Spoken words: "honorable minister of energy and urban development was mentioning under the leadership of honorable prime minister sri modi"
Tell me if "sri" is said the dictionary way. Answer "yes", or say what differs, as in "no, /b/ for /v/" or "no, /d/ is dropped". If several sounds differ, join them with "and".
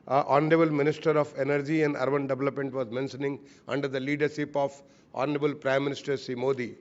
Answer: no, /ɹ/ is dropped